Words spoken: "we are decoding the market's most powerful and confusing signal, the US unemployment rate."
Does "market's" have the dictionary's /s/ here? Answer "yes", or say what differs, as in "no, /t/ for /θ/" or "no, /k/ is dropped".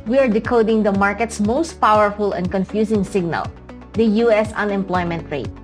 yes